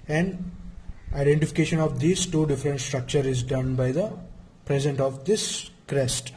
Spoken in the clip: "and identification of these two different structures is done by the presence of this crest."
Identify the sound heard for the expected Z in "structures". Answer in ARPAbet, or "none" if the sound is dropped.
none